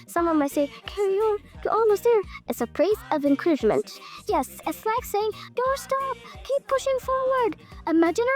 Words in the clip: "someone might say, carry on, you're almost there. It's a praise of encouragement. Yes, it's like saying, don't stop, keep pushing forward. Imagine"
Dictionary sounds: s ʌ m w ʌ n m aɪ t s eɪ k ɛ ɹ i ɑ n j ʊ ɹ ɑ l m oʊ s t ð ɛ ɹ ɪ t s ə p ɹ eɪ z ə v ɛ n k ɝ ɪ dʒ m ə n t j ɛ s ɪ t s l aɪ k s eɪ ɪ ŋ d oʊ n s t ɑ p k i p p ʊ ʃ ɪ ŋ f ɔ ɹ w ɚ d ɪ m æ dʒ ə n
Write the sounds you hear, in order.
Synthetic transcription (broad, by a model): s ʌ m w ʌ n m aɪ t s eɪ k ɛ ɹ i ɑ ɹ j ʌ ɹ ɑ l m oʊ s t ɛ ɹ ɪ t s ə p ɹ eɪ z ə v ɛ n k ɝ ɪ dʒ m ə n t j ɛ s ɪ t s l aɪ k s eɪ ɪ ŋ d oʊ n s t ɑ p k i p p ʊ ʃ ɪ ŋ f ɔ ɹ w ɚ d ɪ m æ dʒ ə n